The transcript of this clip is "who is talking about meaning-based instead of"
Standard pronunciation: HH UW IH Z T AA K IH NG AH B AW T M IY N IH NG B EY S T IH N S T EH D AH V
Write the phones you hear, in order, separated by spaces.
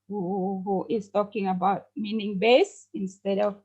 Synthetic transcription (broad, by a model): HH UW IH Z T AA K IH NG AH B AW T M IY N IH NG B EY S IH N S T EH D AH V